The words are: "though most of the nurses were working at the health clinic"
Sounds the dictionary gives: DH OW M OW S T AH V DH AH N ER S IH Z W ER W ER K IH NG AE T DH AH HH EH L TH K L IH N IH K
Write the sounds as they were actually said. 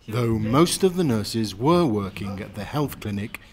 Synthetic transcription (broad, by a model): DH OW M OW S T AH V DH AH N ER S IH Z W ER W ER K IH NG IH T DH AH HH EH L TH K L IH N IH K